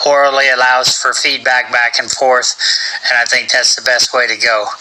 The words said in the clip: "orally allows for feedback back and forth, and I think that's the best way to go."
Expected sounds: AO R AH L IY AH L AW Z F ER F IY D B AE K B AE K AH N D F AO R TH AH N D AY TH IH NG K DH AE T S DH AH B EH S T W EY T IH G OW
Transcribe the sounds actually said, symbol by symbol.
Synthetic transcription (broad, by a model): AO R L L IY AH L AW Z F ER F IY D B AE K B AE K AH N F AO R TH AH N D AY TH IH NG K DH AE T S DH AH B EH S T W EY T IH G OW